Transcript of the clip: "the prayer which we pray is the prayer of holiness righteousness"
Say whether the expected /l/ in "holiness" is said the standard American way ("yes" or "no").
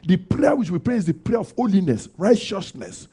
yes